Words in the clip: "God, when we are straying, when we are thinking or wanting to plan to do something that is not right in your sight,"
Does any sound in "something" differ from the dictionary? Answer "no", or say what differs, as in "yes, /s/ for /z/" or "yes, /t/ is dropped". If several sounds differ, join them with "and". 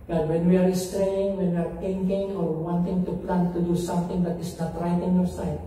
yes, /t/ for /θ/